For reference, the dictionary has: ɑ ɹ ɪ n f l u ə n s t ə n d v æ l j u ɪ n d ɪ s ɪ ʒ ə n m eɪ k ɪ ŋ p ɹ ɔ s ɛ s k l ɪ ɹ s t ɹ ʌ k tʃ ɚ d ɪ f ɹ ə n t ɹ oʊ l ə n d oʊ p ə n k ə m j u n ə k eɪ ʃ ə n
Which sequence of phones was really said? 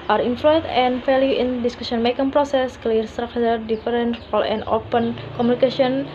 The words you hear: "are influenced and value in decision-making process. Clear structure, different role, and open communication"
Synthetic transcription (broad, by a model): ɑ ɹ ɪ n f l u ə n t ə n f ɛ l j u ɪ n d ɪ s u s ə n m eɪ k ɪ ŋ p ɹ ɔ s ɛ s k l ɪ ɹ s t ɹ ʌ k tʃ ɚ d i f ɹ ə n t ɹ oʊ l ə n d oʊ p ə n k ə m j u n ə k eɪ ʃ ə n